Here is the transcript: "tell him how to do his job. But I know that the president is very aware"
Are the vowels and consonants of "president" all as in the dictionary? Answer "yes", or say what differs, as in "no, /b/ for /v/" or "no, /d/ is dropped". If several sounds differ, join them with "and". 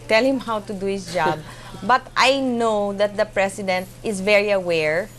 no, /s/ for /z/